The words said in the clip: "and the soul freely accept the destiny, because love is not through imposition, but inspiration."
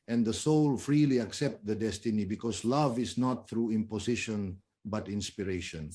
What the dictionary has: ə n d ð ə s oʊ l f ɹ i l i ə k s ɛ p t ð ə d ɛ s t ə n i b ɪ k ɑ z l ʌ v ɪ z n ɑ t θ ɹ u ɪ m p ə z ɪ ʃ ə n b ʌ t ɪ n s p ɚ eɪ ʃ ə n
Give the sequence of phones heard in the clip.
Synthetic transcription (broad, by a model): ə n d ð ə s oʊ l f ɹ i l i ə k s ɛ p t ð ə d ɛ s t ə n i b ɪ k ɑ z l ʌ v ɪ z n ɑ t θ ɹ u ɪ m p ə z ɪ ʃ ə n b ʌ t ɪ n s p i eɪ ʃ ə n